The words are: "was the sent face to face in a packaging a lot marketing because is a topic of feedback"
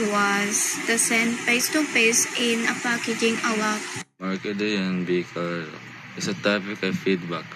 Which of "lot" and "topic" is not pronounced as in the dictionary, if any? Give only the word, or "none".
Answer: lot